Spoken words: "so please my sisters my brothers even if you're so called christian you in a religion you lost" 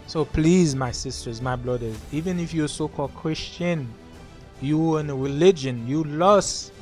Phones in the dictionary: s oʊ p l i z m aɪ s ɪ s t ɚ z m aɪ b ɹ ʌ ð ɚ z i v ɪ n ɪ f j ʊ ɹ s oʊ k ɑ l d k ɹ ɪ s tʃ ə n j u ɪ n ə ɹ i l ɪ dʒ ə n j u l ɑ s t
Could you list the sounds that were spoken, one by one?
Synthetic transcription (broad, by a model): s oʊ p l i z m aɪ s ɪ s t ɚ z m aɪ b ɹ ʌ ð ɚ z i v ɪ n ɪ f j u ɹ s oʊ k ɑ l d k ɹ ɪ s tʃ ə n j u ɪ n ə ɹ i l ɪ dʒ ə n j u l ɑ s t